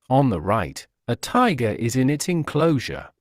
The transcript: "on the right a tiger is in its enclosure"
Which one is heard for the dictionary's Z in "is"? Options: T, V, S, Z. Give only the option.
Z